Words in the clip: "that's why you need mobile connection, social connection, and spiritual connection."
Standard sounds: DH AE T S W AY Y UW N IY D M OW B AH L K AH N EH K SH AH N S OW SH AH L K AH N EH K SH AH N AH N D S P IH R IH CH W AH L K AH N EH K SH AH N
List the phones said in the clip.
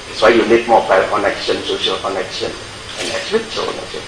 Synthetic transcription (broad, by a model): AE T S W AY Y UW L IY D M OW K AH K AH N EH K SH AH N S OW SH AH L K AH N EH K SH AH N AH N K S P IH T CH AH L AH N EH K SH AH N